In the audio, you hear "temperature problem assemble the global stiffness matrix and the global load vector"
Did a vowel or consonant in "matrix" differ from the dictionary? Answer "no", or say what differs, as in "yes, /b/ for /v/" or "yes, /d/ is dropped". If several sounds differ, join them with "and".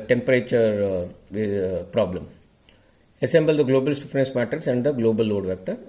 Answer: yes, /ɹ/ is dropped